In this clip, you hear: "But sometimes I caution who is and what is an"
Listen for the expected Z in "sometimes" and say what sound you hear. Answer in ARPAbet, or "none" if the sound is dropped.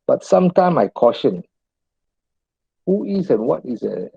none